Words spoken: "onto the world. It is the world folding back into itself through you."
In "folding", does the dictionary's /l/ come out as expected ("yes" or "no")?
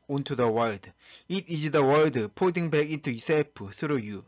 no